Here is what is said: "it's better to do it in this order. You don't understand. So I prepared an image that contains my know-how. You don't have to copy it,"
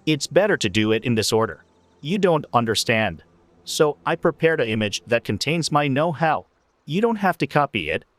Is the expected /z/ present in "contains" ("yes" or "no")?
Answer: yes